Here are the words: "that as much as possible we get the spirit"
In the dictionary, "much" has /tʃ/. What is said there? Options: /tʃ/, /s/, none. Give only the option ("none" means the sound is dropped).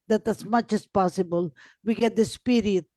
/tʃ/